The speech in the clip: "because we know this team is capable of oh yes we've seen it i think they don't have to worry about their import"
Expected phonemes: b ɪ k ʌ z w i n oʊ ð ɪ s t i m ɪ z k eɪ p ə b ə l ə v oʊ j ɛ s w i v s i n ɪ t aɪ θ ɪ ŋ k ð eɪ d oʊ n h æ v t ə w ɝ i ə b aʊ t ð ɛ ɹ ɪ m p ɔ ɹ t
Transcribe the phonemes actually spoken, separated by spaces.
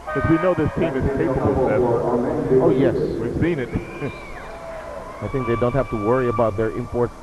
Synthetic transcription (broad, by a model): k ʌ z w i n oʊ ð ɪ s t i m ɪ z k eɪ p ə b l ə oʊ j ɛ s w i v s i n ɪ t aɪ θ ɪ ŋ k ð eɪ d oʊ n h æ f t ə w ɝ i ə b aʊ t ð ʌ ɹ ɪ m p ɔ ɹ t